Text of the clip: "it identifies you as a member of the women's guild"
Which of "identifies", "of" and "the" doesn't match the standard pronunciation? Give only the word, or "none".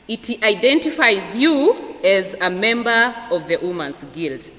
none